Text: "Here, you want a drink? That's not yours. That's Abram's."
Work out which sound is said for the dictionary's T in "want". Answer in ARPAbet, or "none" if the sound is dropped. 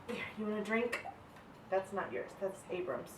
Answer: none